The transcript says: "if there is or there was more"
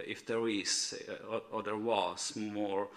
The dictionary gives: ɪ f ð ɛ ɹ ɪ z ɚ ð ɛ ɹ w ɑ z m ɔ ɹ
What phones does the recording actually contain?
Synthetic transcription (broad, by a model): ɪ f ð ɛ ɹ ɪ s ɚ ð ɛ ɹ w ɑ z m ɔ ɹ